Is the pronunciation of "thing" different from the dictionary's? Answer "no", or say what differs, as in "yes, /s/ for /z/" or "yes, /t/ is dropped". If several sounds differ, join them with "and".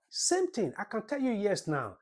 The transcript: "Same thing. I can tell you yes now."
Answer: yes, /t/ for /θ/